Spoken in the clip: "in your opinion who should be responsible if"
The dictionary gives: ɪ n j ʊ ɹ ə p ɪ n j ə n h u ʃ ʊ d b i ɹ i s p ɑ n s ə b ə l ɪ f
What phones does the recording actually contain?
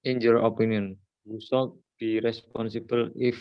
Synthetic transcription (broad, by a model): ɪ n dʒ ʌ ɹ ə p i n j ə n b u s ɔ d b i ɹ i s p ɑ n s ə b ə l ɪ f